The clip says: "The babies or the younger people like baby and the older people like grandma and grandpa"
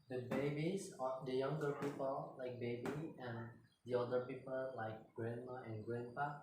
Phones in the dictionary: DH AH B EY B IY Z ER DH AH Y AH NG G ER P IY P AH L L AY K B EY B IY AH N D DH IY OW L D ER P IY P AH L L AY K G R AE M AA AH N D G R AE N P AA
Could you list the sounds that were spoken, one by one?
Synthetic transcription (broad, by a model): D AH B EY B IY S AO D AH Y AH NG G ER P IY P AH L L AY K B EY B IY AH N D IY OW D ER P IY P AH L L AY K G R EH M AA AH N G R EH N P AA